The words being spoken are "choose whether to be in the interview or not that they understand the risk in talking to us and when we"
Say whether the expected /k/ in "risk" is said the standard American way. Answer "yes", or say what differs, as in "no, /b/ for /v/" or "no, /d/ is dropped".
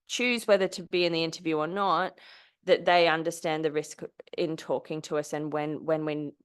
yes